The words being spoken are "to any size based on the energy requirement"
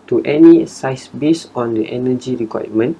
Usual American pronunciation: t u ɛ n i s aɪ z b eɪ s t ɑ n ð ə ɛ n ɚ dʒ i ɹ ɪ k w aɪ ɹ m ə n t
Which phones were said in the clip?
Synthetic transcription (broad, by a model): t u ɛ n i s aɪ s b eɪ s ɑ n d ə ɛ n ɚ dʒ i ɹ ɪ k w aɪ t m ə n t